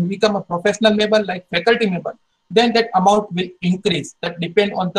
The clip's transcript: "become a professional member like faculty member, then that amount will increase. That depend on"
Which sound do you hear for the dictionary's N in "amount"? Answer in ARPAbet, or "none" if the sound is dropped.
N